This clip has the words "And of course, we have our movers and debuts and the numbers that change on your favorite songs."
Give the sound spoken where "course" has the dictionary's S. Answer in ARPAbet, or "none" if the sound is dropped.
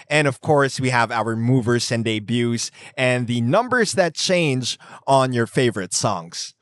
S